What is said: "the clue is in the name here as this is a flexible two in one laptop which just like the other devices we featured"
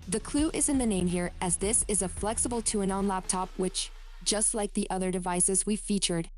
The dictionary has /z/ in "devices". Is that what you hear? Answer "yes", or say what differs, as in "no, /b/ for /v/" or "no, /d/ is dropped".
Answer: yes